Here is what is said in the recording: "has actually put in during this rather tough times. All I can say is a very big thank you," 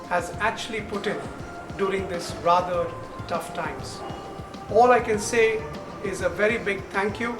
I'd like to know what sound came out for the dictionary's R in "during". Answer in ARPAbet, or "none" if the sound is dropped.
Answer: R